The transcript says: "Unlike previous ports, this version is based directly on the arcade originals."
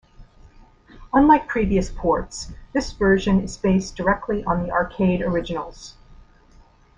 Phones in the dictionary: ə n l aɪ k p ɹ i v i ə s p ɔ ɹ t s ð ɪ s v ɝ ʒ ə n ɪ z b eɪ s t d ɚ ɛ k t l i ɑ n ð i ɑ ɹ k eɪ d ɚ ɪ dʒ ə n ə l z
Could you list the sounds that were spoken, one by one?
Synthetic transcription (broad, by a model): ə n l aɪ k p ɹ i v i ə s p ɔ ɹ t s ð ɪ s v ɝ ʒ ə n ɪ z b eɪ s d ɚ ɛ k t l i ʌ n ð i ɑ ɹ k eɪ d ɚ ɪ dʒ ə n l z